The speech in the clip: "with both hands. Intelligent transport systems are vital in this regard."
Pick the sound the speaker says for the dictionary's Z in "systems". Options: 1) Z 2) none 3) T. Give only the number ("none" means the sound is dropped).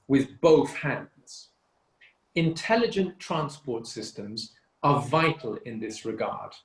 1